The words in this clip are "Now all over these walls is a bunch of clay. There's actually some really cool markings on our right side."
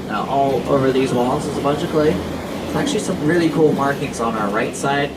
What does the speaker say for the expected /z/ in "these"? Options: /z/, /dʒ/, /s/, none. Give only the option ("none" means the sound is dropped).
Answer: /z/